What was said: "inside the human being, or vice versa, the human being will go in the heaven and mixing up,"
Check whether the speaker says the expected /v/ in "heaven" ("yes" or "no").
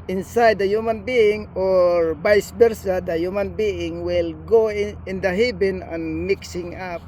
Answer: no